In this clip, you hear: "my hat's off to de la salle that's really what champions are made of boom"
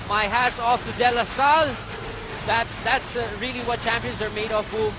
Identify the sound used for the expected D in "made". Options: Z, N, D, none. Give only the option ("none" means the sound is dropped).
D